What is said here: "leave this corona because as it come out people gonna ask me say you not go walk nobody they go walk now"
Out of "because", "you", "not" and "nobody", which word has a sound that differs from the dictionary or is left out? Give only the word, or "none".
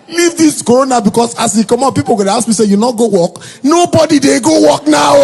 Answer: because